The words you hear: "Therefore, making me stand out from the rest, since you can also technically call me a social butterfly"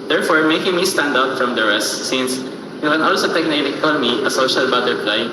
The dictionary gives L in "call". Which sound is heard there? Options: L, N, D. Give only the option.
N